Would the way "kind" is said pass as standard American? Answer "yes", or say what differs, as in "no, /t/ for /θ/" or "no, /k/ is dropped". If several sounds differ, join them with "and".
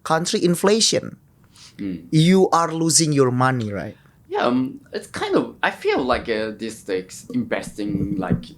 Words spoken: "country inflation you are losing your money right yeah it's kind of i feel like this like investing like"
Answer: yes